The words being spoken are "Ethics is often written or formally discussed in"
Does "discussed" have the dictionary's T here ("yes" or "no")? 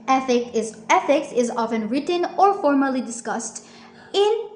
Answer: yes